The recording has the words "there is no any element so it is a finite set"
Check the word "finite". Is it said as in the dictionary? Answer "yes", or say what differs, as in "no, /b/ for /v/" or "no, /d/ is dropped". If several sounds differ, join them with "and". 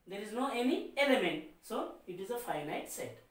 yes